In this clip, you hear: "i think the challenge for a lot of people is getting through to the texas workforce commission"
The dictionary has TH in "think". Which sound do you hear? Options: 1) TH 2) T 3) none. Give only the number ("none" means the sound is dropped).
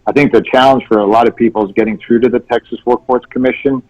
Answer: 1